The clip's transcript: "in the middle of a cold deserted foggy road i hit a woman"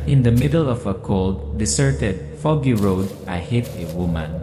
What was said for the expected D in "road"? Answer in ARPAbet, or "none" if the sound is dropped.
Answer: D